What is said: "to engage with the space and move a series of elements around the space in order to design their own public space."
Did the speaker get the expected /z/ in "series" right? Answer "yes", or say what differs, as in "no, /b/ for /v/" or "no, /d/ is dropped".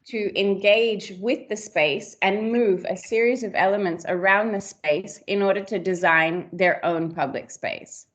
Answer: yes